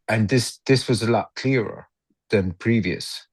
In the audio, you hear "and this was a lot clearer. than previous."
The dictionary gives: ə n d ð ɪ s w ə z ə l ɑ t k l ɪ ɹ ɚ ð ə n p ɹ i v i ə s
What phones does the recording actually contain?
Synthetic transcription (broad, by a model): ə n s ð ɪ s w ə z ə l ɑ t k l ɪ ɹ ɚ ð ə n p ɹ i v i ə s